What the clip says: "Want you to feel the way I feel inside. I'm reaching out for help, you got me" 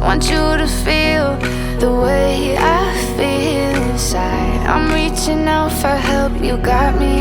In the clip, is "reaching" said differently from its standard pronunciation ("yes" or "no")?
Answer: no